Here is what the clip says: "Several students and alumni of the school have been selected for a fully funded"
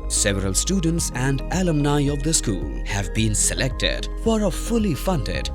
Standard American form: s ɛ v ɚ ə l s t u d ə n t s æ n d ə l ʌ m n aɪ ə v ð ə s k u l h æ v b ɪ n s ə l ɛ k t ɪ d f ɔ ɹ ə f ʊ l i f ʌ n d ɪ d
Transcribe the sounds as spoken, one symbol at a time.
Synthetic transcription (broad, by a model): s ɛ v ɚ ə l s t u d ə n t s æ n d ə l ʌ m n aɪ ə v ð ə s k u l h æ v b ɪ n s ə l ɛ k t ɪ d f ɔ ɹ ə f ʊ l i f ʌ n d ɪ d